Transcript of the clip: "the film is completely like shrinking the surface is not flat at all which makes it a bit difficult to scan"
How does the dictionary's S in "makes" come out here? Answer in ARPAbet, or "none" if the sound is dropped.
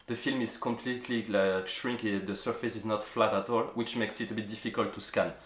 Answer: S